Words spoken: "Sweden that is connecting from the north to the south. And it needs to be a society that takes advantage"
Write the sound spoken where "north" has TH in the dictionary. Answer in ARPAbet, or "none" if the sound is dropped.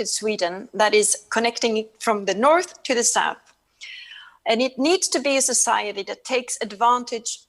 TH